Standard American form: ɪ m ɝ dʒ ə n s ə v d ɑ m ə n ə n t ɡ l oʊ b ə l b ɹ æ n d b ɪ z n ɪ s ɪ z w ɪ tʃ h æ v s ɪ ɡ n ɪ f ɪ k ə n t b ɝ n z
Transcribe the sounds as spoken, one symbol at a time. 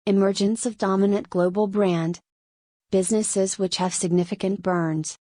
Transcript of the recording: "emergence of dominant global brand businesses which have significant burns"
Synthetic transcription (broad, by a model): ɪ m ɝ dʒ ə n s ə v d ɑ m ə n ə n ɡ l oʊ b l b ɹ æ n d b ɪ z n ɪ s ɪ z w ɪ tʃ h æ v s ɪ ɡ n ɪ f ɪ k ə n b ɝ n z